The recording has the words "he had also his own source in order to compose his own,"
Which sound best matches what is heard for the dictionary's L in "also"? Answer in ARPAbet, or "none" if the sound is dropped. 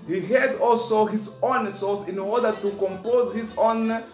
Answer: L